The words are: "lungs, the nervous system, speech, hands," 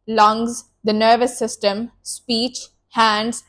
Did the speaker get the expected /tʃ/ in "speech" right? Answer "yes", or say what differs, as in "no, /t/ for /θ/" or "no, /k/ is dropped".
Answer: yes